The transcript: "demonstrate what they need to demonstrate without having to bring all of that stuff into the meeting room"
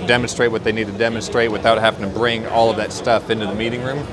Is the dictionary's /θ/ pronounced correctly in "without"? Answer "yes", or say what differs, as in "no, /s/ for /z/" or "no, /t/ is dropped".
yes